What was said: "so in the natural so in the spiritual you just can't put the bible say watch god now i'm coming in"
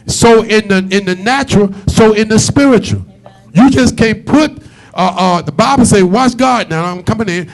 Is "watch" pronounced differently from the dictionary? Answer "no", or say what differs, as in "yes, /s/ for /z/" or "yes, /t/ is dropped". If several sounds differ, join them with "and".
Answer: yes, /s/ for /tʃ/